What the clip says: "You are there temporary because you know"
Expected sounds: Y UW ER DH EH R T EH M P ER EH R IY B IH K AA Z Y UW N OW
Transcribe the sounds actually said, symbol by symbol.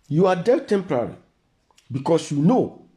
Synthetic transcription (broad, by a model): Y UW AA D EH L T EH M P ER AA R IY B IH K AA S Y UW N OW